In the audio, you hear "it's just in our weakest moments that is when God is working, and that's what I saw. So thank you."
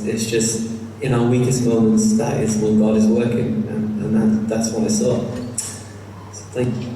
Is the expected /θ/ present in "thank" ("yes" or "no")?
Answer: yes